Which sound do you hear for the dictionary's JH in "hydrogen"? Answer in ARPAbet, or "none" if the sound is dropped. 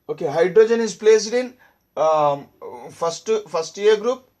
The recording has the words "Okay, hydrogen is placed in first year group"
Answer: JH